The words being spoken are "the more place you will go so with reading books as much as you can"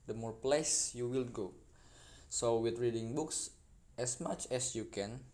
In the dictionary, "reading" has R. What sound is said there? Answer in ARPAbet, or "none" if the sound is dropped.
R